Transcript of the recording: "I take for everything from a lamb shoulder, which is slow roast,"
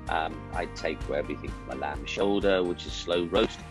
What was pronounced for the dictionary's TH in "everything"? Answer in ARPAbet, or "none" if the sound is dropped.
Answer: TH